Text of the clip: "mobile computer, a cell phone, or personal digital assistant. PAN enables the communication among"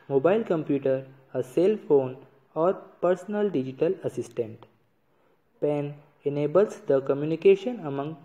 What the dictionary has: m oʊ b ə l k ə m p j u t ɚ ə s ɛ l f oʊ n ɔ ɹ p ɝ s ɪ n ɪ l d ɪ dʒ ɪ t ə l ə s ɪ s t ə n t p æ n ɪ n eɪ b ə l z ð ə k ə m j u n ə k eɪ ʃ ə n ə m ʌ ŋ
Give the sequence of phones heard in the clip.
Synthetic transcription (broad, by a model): m oʊ b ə l k ə m p j u t ɚ ə s ɛ l f oʊ n ɔ ɹ p ɝ s ɪ n ɪ l d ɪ dʒ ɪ t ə l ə s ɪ s t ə n t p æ n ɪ n eɪ b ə l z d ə k ə m j u n ə k eɪ ʃ ə n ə m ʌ ŋ